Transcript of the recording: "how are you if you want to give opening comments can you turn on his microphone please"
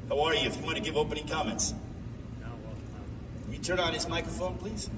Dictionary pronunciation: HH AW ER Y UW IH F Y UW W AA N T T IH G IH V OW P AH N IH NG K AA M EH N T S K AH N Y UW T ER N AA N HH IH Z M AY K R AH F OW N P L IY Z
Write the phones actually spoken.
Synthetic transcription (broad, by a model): HH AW ER Y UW IH F Y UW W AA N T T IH G IH V OW P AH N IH NG K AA M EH N T S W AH L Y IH T ER N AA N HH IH Z M AY K R AH F OW N P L IY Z